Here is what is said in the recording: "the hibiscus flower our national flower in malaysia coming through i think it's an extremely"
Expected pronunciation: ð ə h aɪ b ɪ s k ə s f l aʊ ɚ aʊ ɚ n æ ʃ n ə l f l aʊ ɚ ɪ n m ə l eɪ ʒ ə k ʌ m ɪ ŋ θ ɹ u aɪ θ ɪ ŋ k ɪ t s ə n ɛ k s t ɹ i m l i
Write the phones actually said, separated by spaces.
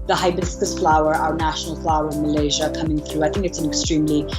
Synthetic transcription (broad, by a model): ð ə h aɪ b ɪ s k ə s f l aʊ ɚ aʊ ɚ n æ ʃ n l f l aʊ ɚ ɪ n m ə l eɪ ʒ ə k ʌ m ɪ ŋ θ ɹ u aɪ θ ɪ ŋ k ɪ t s ə n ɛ k s t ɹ i m l i